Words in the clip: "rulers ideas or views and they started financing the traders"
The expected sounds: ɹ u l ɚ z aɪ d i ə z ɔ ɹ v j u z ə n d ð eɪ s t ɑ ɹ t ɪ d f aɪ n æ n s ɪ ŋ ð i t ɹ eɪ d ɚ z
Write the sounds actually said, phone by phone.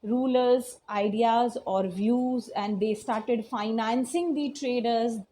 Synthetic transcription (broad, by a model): ɹ u l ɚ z aɪ d i ə z ɔ ɹ v j u z ə n d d eɪ s t ɑ ɹ t ɪ d f aɪ n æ n s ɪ ŋ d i t ɹ eɪ d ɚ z